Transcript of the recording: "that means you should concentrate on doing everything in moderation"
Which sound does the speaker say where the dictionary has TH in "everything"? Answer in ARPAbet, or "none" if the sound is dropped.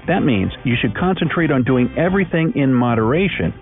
TH